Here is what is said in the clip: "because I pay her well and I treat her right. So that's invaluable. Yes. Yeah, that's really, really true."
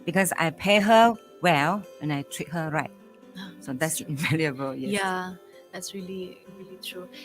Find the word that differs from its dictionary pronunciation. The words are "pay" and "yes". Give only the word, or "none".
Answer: yes